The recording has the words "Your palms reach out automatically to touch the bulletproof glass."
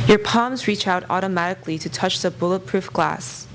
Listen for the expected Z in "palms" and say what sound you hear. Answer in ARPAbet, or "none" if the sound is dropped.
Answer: Z